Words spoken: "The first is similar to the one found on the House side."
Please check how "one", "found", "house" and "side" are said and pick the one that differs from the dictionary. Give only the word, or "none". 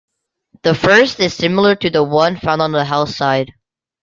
house